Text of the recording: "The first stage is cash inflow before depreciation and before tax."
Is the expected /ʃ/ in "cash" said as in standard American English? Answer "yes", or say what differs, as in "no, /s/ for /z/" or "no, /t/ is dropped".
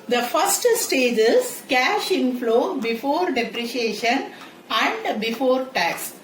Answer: yes